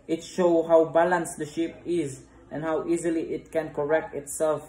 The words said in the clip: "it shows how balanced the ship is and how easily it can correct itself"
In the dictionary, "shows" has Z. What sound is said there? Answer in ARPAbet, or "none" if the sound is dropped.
none